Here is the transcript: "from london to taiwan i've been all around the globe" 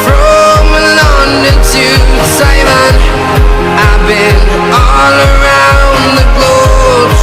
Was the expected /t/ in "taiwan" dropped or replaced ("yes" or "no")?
yes